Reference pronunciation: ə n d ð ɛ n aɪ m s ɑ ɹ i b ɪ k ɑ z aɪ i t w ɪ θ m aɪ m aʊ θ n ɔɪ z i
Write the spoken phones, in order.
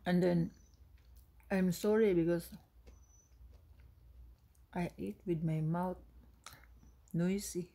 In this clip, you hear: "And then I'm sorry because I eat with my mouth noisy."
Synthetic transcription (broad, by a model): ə n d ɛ n aɪ m s ɑ ɹ i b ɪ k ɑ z aɪ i t w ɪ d m aɪ m aʊ t n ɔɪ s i